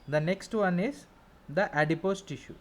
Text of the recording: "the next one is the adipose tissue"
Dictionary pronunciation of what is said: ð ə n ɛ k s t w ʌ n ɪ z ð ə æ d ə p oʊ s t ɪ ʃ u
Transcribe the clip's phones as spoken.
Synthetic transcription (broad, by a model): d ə n ɛ k s t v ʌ n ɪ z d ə æ d ə p oʊ s t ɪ ʃ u